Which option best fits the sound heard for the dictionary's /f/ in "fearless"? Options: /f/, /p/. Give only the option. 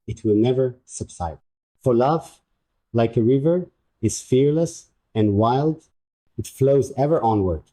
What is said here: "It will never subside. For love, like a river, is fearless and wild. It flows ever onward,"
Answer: /f/